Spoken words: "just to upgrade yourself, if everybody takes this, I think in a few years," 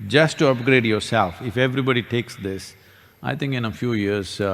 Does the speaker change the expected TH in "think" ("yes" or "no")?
yes